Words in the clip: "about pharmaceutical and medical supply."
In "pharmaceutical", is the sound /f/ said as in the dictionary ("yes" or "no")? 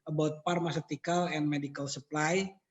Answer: no